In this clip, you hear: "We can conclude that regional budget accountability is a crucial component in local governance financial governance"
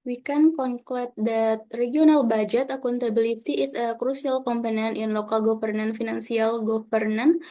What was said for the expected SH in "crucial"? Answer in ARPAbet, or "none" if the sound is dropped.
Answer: S